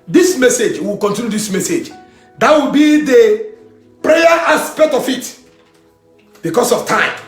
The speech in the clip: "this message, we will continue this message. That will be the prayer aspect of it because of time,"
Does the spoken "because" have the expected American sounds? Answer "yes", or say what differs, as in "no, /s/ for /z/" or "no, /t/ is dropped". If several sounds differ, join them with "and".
no, /s/ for /z/